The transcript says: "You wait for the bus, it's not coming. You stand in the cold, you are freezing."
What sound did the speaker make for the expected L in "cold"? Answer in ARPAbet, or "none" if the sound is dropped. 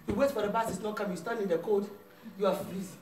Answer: none